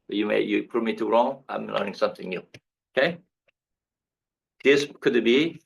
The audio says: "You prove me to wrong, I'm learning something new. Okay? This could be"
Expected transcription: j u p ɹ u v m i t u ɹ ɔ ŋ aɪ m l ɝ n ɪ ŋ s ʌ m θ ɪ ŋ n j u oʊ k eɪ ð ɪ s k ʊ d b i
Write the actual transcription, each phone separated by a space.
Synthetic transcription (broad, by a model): j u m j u p m i t u ɹ ɔ ŋ aɪ m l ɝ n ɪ ŋ s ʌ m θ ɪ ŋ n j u oʊ k eɪ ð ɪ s k ʊ d b i